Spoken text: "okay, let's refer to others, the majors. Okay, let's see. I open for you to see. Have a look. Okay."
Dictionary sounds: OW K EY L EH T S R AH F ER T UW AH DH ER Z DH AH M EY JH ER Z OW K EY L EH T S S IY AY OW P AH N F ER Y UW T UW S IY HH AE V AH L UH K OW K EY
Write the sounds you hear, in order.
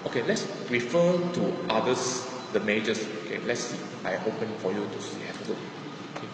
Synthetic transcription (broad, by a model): OW K EY L EH T S R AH F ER T UW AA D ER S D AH M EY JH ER S OW K EY L EH T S S IY AY OW P AH N F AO Y UW T UW S IY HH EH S AH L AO OW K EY